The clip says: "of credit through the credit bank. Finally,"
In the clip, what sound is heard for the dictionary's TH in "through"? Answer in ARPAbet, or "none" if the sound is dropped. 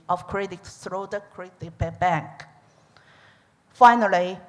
S